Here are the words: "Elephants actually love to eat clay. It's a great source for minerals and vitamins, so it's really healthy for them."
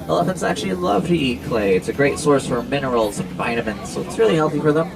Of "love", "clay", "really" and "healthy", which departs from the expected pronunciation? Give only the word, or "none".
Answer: none